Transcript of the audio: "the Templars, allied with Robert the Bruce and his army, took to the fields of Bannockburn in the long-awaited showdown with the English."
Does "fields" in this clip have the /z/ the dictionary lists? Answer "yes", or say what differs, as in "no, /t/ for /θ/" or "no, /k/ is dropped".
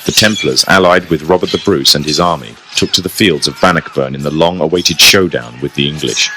yes